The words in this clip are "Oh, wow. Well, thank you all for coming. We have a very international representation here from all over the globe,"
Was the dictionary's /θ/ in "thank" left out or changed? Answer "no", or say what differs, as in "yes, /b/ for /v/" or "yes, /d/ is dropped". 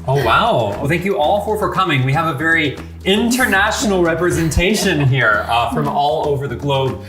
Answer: no